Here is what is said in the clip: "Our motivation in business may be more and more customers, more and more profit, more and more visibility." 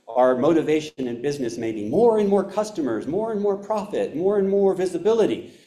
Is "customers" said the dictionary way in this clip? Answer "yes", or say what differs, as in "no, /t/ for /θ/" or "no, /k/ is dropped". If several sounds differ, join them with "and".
yes